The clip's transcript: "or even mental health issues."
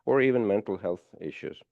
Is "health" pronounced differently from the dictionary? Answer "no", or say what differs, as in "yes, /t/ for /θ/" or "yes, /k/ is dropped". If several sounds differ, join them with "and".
no